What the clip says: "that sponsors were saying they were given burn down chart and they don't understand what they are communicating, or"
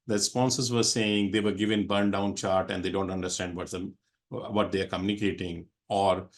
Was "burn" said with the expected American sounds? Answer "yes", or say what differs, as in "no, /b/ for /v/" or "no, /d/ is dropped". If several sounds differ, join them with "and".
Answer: yes